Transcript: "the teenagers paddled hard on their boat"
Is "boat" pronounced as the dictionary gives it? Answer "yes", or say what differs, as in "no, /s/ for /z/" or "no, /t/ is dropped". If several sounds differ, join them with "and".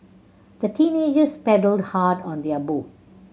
no, /t/ is dropped